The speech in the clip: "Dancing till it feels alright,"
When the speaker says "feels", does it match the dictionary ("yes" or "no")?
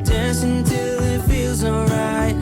yes